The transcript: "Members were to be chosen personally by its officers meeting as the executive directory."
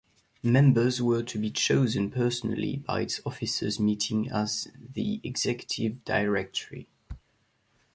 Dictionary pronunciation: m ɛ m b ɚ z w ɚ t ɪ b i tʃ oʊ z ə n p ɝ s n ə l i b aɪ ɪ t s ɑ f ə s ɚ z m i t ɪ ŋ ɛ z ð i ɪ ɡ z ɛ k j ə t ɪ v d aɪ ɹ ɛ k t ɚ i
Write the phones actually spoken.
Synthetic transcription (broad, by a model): m ɛ m b ɚ z w ɚ t ɪ b i tʃ oʊ z ə n p ɝ s n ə l i b aɪ ɪ t s ɑ f ə s ɚ z m i t ɪ ŋ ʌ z ð i ɪ ɡ z ɛ k j ə t ɪ v d aɪ ɹ ɛ k t ɚ i